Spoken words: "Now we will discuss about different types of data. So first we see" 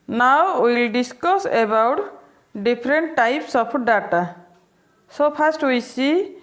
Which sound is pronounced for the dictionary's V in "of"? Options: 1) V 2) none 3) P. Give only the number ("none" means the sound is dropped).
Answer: 3